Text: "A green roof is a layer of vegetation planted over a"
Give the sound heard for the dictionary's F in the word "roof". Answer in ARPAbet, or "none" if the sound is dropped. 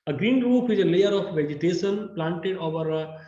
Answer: P